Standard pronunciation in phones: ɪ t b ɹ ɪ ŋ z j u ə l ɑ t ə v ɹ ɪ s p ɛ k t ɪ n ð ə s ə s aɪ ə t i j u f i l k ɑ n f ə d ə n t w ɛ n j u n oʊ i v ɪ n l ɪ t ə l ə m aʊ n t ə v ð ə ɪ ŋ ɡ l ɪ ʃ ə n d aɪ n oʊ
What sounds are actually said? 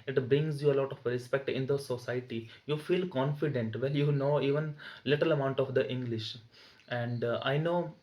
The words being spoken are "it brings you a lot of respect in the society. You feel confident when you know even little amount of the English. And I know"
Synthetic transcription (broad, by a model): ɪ t b ɹ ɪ ŋ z j u ə l ɑ t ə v ɹ ɪ s p ɛ k t ɪ n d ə s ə s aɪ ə t i j u f i l k ɑ n f ə d ə n t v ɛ l j u n oʊ i v ɪ n l ɪ t ə l ə m aʊ n t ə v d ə ɪ ŋ ɡ l ɪ ʃ ə n d aɪ n oʊ